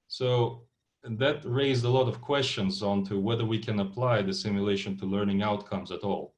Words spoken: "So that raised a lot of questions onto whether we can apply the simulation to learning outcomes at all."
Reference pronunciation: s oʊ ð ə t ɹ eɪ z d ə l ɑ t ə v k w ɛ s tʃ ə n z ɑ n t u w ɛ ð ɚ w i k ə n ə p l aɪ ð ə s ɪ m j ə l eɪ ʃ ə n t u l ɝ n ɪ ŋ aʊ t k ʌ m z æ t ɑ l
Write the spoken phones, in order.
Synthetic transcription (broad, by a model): s oʊ ð ə t ɹ eɪ z d ə l ɑ t ə v k w ɛ s tʃ ə n z ɑ n t u w ɛ ð ɚ w i k ə n ə p l aɪ ð ə s ɪ m j ə l eɪ ʃ ə n t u l ɝ n ɪ ŋ aʊ t k ʌ m z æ t ɑ l